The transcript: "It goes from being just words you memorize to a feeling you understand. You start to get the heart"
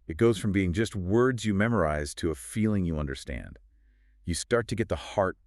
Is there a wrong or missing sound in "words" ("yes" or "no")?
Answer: no